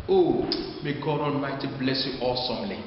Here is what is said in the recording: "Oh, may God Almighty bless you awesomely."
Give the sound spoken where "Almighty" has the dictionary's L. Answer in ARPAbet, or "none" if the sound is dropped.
N